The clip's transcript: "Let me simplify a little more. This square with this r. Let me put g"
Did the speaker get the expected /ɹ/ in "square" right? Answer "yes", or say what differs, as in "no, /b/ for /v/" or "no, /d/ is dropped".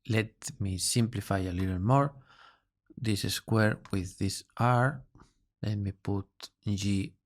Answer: yes